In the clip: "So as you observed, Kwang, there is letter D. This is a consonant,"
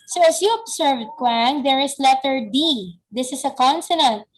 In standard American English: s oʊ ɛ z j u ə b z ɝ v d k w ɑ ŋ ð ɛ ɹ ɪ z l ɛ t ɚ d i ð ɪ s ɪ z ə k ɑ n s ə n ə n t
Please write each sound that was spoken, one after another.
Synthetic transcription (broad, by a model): s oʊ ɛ s j u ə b s ɝ v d k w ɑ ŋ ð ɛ ɹ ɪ s l ɛ t ɚ d i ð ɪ s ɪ s ə k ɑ n s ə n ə n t